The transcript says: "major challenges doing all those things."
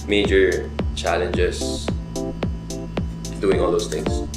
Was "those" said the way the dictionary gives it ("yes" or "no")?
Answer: no